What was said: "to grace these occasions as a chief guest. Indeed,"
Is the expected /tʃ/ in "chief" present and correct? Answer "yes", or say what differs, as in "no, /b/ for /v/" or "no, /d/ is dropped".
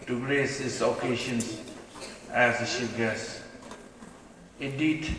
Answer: no, /ʃ/ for /tʃ/